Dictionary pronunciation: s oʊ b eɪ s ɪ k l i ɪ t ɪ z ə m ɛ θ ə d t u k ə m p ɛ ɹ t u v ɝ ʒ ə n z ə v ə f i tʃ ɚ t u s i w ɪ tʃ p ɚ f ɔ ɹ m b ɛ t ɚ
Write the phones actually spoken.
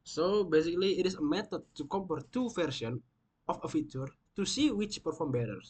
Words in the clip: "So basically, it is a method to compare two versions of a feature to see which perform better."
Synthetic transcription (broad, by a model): s oʊ b eɪ s ɪ k l i ɪ t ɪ s ə m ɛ t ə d t u k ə m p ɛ ɹ t u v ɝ s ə n ə f ə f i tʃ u t u s i w ɪ tʃ p ɚ f ɔ ɹ m b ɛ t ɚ